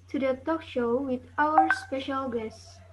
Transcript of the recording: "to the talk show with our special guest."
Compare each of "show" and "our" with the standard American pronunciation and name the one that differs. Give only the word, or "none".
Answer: none